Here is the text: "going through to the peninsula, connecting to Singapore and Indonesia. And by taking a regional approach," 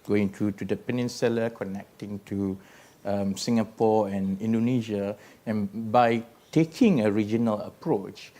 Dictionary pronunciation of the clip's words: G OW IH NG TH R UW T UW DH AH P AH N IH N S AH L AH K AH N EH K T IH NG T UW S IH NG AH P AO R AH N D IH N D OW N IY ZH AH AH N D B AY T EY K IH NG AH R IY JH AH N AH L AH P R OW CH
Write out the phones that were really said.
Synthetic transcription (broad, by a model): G OW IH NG T R UW T UW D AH P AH N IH N S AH L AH K AH N EH K T IH NG T UW S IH NG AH P AO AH N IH N D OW N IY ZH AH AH N B AY T EY K IH NG AH R IY JH AH N AH L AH P R OW CH